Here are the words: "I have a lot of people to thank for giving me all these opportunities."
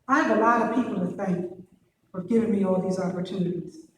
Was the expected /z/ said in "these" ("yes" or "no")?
yes